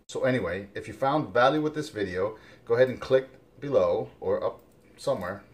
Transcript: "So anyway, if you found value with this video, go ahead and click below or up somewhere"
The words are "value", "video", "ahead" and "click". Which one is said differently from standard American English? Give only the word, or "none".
none